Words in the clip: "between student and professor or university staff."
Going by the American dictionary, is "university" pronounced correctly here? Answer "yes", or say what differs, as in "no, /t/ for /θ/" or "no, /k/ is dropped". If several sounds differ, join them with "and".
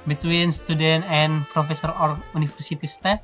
no, /f/ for /v/